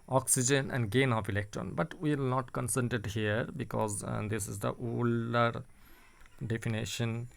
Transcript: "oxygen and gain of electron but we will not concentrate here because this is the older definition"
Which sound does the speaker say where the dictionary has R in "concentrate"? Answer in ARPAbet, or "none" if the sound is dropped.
none